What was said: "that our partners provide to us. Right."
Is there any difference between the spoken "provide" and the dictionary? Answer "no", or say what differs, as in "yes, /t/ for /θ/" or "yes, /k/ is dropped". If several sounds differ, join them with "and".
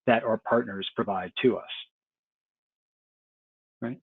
no